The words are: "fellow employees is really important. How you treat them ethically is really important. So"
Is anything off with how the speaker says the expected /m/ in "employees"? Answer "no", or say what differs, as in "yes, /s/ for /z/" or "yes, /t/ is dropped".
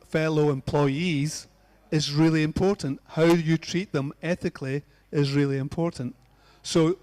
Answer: no